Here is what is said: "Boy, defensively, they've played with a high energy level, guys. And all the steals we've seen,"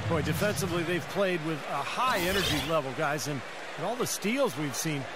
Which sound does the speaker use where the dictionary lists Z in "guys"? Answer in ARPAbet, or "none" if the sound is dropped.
Z